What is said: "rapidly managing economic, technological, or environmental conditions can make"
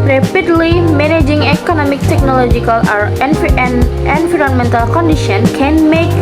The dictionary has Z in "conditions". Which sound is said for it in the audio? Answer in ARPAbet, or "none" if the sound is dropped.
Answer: none